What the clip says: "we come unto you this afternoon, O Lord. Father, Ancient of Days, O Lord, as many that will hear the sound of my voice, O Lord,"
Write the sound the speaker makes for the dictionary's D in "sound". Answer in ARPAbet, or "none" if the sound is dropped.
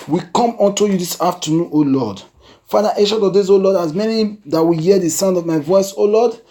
D